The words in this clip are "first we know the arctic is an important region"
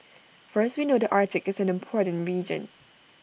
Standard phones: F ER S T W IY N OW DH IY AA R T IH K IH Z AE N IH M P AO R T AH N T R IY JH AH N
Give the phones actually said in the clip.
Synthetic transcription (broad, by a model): F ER S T W IY N OW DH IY AA R T IH K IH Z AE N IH M P AO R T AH N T R IY JH AH N